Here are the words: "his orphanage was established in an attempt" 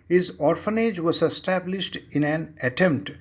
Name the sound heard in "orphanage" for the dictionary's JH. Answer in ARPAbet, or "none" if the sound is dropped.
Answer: JH